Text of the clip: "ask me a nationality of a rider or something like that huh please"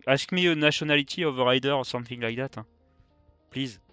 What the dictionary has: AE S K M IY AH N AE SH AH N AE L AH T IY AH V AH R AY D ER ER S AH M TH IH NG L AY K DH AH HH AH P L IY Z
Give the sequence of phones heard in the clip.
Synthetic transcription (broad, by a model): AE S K M IY AH N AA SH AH N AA L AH T IY AH V AH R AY D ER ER S AH M TH IH NG L AY K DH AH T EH P L IY Z